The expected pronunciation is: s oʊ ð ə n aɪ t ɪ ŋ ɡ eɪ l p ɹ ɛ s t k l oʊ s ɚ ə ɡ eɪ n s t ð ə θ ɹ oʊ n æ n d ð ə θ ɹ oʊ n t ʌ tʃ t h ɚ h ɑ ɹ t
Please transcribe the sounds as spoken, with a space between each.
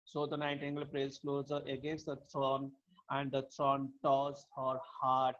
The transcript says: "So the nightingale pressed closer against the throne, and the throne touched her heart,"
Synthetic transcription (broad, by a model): s oʊ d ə n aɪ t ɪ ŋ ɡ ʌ l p ɹ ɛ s k l oʊ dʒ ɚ ə ɡ eɪ n s t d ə t ɹ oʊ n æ n d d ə t ɹ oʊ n t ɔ s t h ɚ h ɑ ɹ t